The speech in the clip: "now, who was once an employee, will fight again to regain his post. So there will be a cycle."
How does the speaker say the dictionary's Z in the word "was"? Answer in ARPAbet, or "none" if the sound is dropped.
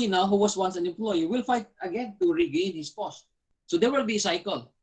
S